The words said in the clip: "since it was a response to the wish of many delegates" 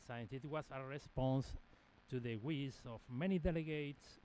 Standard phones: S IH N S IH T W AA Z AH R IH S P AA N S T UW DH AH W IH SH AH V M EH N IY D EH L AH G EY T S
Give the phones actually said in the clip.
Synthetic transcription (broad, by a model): S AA N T IH T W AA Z AH R IH S P AA N S T UW DH AH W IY S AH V M EH N IY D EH L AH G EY T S